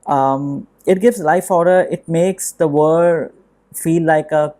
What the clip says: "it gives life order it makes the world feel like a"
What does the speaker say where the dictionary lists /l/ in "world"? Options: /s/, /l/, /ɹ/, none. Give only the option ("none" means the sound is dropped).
none